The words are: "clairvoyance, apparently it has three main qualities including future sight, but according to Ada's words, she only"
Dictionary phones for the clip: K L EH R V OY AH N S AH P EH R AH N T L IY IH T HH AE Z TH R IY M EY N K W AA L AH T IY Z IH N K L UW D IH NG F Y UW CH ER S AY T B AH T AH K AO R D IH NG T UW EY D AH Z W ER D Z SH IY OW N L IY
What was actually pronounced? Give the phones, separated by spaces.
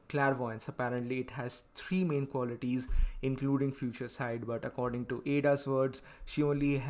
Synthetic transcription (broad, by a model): K L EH R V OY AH N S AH P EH R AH N T L IY IH T HH AE Z T R IY M EY N K W AA L AH T IY Z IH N K L UW D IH NG F Y UW CH ER S AY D B AH T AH K AO R D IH NG T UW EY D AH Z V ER D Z SH IY OW N L IY